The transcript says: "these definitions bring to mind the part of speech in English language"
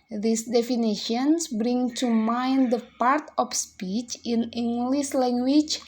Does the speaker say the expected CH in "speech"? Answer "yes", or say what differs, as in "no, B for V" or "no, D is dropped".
yes